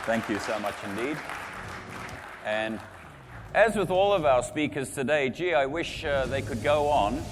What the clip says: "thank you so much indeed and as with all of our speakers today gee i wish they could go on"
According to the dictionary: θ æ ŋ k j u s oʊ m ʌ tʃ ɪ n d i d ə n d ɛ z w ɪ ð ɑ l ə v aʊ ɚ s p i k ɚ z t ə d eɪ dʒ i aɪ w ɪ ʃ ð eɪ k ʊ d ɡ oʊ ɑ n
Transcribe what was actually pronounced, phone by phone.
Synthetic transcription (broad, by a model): θ æ ŋ k j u s oʊ m ʌ tʃ ɪ n d i d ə n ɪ z w ɪ ð ɑ l ə v aʊ ɚ s p i k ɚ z t ə d eɪ dʒ i aɪ w ɪ ʃ ð eɪ k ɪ d ɡ oʊ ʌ n